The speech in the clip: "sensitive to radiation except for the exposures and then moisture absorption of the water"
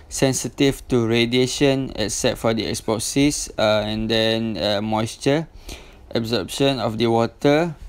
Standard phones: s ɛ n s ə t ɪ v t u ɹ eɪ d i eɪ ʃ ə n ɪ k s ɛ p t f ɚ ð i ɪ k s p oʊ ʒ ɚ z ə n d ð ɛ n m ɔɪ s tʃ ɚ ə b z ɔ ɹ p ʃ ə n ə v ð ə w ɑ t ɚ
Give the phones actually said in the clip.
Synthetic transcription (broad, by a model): s ɛ n s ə t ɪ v t u ɹ eɪ d i eɪ ʃ ə n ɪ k s ɛ t f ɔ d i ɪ k s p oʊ s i s ə n d ɛ n m ɔɪ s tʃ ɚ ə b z ɔ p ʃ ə n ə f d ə w ɑ t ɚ